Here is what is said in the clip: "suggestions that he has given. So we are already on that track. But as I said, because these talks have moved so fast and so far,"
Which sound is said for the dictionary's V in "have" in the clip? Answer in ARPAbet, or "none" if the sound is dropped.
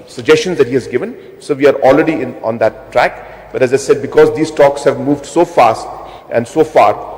V